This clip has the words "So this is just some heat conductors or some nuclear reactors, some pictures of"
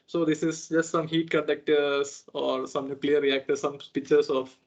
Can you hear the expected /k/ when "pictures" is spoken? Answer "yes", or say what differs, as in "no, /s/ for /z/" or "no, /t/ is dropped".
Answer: no, /k/ is dropped